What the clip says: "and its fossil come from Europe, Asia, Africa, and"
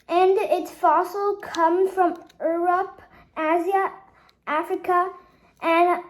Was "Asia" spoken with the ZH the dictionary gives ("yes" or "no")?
no